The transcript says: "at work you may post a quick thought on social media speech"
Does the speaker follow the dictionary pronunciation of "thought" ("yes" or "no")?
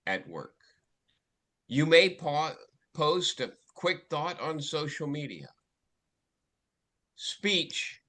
yes